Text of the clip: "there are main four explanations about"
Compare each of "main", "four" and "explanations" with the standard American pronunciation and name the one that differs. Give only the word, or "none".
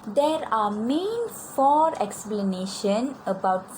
explanations